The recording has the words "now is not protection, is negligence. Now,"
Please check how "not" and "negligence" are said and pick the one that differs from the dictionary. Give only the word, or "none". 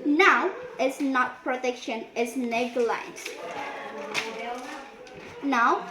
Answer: negligence